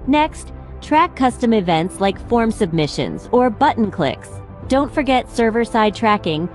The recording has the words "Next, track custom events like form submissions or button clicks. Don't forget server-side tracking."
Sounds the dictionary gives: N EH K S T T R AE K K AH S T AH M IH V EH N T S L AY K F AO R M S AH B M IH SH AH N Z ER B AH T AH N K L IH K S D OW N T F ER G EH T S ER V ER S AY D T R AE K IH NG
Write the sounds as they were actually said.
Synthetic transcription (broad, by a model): N EH K S T T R AE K K AH S T AH M IH V EH N T S L AY K F AO R M S AH B M IH SH AH N Z ER B AH T N K L IH K S D OW N T F ER G EH T S ER V ER S AY D T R AE K IH NG